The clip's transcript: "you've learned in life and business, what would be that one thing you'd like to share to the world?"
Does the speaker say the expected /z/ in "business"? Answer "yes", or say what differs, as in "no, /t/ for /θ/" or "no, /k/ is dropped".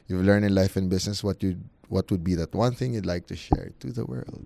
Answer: no, /s/ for /z/